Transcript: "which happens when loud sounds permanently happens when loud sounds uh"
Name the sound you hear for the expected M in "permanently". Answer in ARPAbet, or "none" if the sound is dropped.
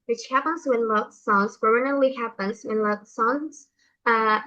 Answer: none